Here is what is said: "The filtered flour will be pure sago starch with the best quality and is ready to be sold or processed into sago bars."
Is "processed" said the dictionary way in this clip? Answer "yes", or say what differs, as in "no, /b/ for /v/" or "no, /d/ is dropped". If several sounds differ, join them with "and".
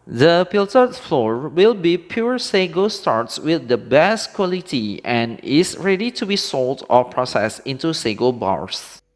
yes